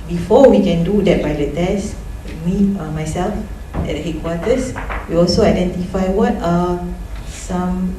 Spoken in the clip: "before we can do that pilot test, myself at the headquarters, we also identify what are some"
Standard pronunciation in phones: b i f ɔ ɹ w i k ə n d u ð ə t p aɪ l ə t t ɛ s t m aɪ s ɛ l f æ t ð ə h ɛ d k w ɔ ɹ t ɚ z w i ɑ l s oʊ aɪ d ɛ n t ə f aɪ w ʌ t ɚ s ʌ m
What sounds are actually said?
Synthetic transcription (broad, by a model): b i f ɔ w i k ə n d u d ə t b aɪ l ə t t ɛ s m m aɪ s ɛ l f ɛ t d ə h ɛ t k w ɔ t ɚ s w i ɑ l s oʊ aɪ d ɛ n t ə f aɪ w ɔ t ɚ s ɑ m